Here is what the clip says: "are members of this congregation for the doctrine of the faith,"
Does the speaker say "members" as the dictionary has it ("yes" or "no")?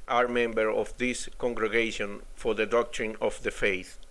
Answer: no